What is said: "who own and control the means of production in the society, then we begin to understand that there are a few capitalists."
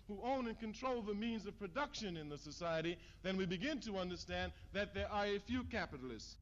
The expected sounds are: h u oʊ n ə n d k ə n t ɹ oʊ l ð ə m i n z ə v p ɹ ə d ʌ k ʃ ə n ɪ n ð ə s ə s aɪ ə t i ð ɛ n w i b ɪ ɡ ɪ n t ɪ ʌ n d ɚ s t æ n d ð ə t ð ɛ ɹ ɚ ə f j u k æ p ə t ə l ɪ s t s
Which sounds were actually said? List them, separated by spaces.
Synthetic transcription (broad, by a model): h u oʊ n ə n k ə n t ɹ oʊ l ð ə m i n z ə v p ɹ ə d ʌ k ʃ ə n ɪ n ð ə s ə s aɪ ə t i ð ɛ n w i b ɪ ɡ ɪ n t ɪ ʌ n d ɚ s t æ n ð ə t ð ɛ ɹ ɚ ə f j u k æ p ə t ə l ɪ s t s